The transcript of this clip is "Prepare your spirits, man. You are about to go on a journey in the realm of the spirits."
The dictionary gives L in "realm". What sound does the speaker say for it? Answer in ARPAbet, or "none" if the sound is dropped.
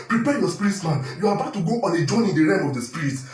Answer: none